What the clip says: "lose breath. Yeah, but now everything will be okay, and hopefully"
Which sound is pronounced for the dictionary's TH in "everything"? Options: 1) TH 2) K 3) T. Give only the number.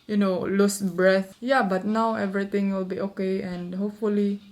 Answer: 3